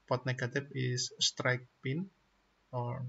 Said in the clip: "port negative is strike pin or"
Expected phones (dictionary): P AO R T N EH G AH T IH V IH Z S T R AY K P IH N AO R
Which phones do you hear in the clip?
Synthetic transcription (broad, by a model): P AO T N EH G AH T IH F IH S S T R AY K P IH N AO R